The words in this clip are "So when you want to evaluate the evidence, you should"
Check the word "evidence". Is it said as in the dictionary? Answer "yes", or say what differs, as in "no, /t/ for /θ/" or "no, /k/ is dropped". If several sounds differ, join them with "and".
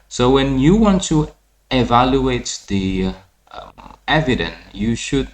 no, /s/ is dropped